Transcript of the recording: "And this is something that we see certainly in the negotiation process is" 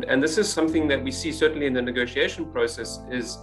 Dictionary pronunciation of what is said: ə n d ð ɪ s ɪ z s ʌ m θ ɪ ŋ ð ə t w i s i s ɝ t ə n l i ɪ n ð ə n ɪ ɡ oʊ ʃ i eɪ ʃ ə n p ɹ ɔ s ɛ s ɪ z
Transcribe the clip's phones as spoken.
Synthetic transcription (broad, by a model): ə n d ð ɪ s ɪ z s ʌ m θ ɪ ŋ ð ə t w i s i s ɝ t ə n l i ɪ n ð ə n ɪ ɡ oʊ ʃ i eɪ ʃ ə n p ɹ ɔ s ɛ s ɪ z